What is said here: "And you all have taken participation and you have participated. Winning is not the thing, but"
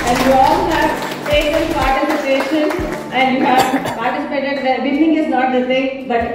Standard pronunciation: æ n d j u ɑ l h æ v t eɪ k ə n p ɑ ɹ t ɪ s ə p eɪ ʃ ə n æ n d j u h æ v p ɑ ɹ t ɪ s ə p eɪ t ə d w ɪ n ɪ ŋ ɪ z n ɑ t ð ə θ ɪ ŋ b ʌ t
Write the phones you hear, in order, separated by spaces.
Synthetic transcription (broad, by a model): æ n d j u ɑ l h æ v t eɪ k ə l p ɑ ɹ t ɪ s ə p eɪ ʃ ə n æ n d j u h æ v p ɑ ɹ t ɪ s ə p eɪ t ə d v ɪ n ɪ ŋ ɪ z n ɑ t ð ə s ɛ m b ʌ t